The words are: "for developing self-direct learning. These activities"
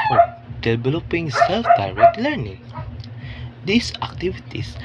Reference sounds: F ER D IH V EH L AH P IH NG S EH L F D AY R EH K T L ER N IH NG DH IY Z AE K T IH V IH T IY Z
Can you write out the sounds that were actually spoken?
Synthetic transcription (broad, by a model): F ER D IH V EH L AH P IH NG S EH L F D AY R EH K T L ER N IH NG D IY S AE K T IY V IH T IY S